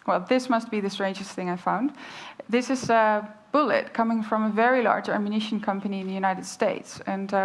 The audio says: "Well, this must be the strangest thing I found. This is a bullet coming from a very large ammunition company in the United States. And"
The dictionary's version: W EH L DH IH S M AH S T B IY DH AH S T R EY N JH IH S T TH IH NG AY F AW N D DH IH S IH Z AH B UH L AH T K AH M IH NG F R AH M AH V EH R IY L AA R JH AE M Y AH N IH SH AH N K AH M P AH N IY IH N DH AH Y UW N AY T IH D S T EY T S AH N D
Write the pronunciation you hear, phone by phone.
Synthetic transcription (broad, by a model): W EH L DH IH S M AH S T B IY DH AH S T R EY N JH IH S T TH IH NG AY F AW N D DH IH S IH Z AH B UH L AH T K AH M IH NG F R AH M AH V EH R IY L AA R JH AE M Y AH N IH SH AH N K AH M P AH N IY IH N DH AH Y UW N AY T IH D S T EY T S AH N